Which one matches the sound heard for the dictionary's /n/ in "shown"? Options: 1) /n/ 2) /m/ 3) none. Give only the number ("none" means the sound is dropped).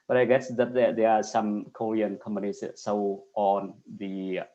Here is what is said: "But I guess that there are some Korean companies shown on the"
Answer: 3